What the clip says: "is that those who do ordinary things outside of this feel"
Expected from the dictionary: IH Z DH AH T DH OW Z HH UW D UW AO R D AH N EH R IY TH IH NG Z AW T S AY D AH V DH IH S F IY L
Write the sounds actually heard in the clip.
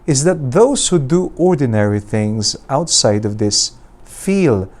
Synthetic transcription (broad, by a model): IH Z DH AH T DH OW Z HH UW D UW AO R D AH N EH R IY TH IH NG Z AW T S AY D AH V DH IH S F IY L